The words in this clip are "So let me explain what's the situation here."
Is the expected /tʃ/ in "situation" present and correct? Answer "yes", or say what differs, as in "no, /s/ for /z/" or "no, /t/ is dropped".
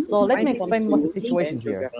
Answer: yes